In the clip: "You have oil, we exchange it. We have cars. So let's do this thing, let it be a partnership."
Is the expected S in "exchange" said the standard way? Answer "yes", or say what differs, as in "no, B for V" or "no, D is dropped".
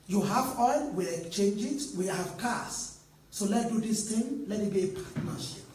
no, S is dropped